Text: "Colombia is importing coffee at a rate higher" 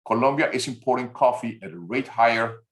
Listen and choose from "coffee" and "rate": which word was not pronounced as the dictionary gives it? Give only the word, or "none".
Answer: none